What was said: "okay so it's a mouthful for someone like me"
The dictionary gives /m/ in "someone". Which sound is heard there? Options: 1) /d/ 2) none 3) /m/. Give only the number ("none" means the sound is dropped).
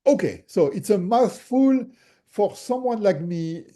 3